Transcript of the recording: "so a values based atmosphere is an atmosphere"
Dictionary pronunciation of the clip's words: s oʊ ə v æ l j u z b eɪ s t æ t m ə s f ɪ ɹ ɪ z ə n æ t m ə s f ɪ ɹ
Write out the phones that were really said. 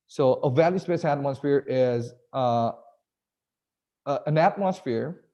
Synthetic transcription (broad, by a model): s oʊ ə v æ l j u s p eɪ s æ t m ə s f ɪ ɹ ɪ z ə n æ t m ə s f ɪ ɹ